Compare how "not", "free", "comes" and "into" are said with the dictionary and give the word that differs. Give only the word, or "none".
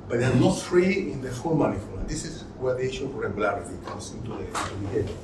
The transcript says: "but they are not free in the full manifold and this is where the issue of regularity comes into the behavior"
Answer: comes